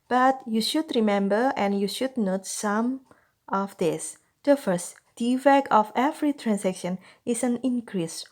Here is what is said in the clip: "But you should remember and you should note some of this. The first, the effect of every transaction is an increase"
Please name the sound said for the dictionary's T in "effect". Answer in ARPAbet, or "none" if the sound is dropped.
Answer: none